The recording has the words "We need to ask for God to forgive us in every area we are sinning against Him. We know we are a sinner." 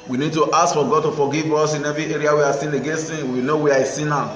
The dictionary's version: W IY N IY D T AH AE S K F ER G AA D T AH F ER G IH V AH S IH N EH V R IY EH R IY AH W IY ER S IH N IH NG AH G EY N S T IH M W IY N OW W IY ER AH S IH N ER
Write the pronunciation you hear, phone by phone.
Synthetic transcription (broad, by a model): W IY N IY D T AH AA S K F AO G AA D T AH F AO G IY V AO S IH N EH V R IY EH R IY AH W IY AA S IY N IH G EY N S IH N W IY N OW W IY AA AH S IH N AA